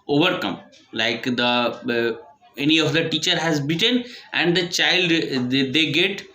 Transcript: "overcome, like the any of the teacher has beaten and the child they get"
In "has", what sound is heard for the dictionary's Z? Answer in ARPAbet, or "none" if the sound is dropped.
Z